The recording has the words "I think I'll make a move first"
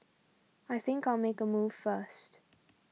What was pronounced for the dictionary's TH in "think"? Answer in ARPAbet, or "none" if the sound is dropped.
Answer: TH